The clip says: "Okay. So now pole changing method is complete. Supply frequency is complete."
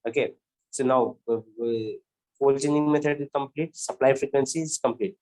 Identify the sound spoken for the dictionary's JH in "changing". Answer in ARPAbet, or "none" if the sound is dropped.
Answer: none